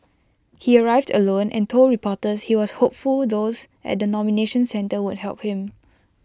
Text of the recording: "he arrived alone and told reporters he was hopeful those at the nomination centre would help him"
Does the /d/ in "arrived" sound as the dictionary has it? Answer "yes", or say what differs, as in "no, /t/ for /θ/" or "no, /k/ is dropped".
yes